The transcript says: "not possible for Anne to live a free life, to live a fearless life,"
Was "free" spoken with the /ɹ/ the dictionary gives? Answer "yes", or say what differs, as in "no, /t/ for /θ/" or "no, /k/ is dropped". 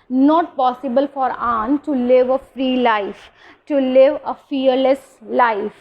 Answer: yes